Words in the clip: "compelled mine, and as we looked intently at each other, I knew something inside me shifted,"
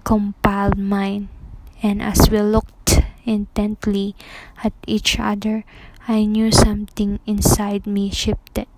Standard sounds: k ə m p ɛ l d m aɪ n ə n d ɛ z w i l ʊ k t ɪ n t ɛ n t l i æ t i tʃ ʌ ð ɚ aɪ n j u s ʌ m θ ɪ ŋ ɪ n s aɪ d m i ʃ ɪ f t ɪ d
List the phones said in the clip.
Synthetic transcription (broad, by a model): k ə m p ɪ l d m aɪ n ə n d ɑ s w i l ʊ k t ɪ n t ɛ n t l i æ t i tʃ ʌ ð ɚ aɪ n j u s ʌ m t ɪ ŋ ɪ n s aɪ d m i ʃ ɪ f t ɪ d